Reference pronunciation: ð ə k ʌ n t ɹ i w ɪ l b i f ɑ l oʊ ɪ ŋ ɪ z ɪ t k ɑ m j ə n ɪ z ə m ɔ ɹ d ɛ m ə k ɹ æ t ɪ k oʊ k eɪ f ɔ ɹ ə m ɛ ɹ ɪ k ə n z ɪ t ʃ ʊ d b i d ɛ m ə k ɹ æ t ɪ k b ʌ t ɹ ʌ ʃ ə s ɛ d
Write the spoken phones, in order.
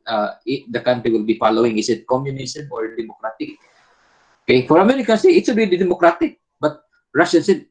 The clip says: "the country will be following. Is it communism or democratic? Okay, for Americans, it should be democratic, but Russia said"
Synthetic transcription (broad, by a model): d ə k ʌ n t ɹ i w ɪ l b i f ɑ l oʊ ɪ ŋ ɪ s ɪ t k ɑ m j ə n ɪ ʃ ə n ɔ ɹ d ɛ m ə k ɹ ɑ t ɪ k oʊ k eɪ f ɔ ɹ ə m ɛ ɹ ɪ k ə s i ɪ t s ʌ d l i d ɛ m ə k ɹ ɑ t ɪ k b ʌ t ɹ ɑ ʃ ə s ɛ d